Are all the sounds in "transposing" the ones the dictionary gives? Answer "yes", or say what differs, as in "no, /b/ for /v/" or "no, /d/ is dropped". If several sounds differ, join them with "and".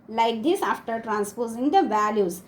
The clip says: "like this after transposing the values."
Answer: yes